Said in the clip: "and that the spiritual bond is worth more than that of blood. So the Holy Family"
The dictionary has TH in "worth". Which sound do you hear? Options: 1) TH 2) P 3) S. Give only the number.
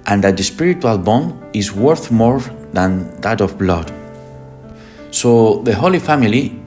1